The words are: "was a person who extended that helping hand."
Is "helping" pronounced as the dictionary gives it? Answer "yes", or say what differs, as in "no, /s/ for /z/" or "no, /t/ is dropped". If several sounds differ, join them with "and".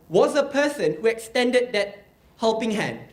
yes